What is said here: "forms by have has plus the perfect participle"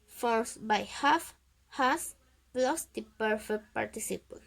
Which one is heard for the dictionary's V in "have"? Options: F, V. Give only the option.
F